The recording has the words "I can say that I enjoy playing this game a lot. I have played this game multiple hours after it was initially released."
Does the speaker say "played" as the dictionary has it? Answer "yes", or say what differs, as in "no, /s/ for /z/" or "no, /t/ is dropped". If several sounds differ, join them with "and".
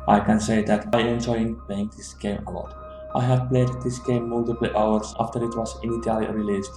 yes